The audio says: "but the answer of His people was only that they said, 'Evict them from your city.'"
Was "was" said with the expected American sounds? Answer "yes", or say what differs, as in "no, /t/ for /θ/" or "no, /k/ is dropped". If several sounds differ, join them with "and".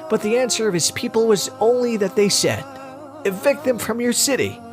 yes